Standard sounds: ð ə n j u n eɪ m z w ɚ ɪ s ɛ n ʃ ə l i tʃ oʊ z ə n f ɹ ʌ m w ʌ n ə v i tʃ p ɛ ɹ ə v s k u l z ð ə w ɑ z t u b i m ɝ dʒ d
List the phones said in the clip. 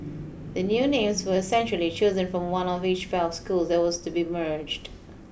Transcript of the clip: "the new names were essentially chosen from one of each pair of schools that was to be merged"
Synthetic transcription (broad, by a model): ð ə n j u n eɪ m z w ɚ ɪ s ɛ n ʃ ə l i tʃ oʊ z ə n f ɹ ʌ m w ʌ n ə v i tʃ f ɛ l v s k u l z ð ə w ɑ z t u b i m ɝ dʒ d